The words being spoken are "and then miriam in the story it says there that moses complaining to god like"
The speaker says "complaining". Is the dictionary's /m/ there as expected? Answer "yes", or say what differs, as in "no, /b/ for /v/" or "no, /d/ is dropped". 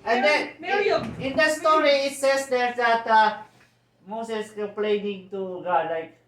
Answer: no, /m/ is dropped